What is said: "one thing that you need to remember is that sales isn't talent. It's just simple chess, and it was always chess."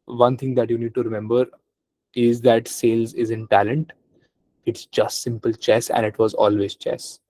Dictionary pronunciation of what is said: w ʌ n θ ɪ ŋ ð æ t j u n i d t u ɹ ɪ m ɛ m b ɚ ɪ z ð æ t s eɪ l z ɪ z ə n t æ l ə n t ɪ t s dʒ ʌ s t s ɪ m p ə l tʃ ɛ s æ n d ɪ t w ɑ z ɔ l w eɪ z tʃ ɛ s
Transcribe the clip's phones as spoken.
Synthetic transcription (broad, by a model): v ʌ n t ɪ ŋ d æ t j u n i d t u ɹ ɪ m ɛ m b ɚ ɪ z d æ t s eɪ l z ɪ z ə n t æ l ə n t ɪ t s dʒ ʌ s t s ɪ m p ə l tʃ ɛ s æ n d ɪ t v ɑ z ɔ l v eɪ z tʃ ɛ s